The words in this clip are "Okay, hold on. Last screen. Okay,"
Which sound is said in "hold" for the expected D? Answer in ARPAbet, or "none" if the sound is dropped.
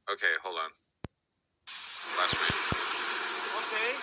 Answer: none